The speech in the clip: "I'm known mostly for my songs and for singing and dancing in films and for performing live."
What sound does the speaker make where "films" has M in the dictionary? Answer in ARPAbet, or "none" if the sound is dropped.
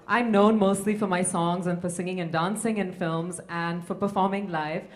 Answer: M